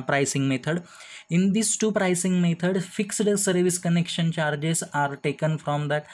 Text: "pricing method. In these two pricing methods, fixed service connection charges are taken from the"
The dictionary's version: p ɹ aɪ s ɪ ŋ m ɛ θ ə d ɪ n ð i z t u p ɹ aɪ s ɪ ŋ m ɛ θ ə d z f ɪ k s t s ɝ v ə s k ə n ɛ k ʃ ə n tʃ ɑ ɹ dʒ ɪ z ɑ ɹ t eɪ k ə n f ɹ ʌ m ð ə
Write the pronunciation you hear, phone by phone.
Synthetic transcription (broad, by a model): p ɹ aɪ s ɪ ŋ m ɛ t ə d ɪ n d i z t u p ɹ aɪ s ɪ ŋ m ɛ t ə d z f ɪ k s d s ɝ v ə s k ə n ɛ k ʃ ə n tʃ ɑ ɹ dʒ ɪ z ɑ ɹ t eɪ k ə n f ɹ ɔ m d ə